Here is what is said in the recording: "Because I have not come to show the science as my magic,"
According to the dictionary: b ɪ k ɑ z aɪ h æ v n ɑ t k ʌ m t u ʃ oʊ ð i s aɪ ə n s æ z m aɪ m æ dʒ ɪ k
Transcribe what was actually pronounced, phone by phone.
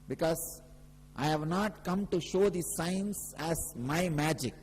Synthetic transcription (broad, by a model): b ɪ k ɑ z aɪ h æ v n ɑ t k ʌ m t u ʃ oʊ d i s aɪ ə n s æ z m aɪ m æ dʒ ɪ k